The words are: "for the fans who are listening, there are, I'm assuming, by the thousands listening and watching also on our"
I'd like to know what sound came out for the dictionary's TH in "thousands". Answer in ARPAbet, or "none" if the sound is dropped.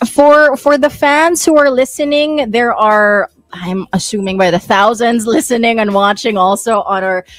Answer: TH